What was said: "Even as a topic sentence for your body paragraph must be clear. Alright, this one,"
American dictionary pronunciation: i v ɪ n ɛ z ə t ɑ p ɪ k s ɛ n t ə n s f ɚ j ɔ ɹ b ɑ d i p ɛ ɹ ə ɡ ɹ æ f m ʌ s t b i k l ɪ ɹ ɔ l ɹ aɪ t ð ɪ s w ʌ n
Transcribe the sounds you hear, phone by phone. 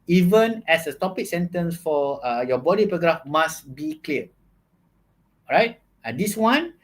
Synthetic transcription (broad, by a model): i v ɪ n ɛ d ə t ɑ p ɪ k s ɛ n t ə n s f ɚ j ɔ b ɑ d i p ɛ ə ɡ ɹ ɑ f m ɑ s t b i k l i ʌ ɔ ɹ aɪ t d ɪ s w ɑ n